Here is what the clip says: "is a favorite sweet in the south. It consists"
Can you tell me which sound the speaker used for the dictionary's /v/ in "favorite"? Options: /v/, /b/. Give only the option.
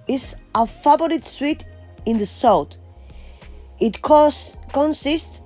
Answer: /b/